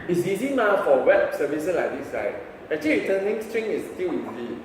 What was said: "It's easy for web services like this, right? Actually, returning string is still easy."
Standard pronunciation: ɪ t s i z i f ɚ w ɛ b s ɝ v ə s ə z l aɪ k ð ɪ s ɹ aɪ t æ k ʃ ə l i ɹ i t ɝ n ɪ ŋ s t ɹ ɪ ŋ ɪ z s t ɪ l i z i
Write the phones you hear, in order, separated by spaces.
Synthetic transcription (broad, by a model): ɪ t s i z i f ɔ w ɛ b s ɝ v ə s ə s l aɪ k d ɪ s l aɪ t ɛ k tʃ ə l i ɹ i t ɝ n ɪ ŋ s t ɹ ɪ ŋ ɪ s t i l i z i